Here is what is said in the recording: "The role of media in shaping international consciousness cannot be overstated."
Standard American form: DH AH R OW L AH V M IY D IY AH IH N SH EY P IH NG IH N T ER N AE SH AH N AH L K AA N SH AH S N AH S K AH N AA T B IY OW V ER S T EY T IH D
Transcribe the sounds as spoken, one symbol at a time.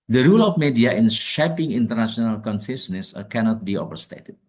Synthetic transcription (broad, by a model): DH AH R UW L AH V M IY D IY AH IH N SH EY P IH NG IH N T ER N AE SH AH N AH L K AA N S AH S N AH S K AH N AA T B IY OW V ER S T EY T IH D